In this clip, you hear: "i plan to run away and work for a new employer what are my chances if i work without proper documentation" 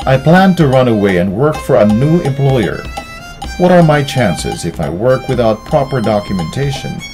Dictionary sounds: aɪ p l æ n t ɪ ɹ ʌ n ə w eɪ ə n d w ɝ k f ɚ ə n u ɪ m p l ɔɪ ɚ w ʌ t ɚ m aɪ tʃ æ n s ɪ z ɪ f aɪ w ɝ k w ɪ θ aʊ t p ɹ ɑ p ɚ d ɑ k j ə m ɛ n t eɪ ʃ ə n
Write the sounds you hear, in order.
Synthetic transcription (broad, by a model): aɪ p l æ n t ɪ ɹ ʌ n ə w eɪ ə n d w ɝ k f ɚ ə n u ɪ m p l ɔɪ ɚ w ʌ t ɚ m aɪ tʃ æ n s ɪ z ɪ f aɪ w ɝ k w ɪ θ aʊ t p ɹ ɑ p ɚ d ɑ k j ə m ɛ n t eɪ ʃ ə n